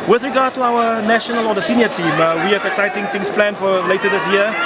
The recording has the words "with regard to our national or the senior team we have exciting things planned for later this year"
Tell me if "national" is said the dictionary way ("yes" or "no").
yes